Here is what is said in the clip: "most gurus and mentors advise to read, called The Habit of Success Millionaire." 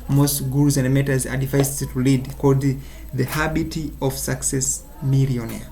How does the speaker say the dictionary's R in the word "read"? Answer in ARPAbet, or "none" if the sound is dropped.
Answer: L